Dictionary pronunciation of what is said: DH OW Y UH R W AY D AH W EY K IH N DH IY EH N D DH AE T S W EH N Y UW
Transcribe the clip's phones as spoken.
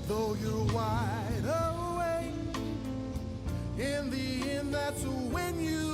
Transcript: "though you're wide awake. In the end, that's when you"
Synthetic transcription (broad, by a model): DH OW Y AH R W AY D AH W EY IH N DH IY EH N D DH AE T S W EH N Y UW